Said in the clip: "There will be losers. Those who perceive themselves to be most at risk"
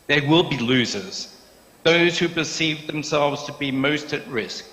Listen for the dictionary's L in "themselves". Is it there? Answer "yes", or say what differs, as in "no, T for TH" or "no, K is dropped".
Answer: yes